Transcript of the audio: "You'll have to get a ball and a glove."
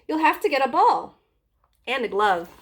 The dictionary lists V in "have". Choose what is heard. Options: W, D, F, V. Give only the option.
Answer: F